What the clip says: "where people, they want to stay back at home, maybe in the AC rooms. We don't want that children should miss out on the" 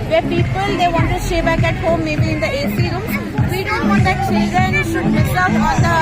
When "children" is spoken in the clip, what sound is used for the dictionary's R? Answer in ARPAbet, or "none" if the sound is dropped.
none